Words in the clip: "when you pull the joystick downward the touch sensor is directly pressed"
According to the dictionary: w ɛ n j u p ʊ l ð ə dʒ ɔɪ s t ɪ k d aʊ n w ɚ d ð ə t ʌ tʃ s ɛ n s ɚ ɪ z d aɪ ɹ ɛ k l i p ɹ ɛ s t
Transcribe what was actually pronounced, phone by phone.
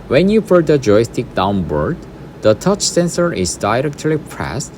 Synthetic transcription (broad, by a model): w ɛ n j u f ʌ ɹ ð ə dʒ ɔɪ s t ɪ k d aʊ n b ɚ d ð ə t ʌ tʃ s ɛ n s ɚ ɪ z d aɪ ɹ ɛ k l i p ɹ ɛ s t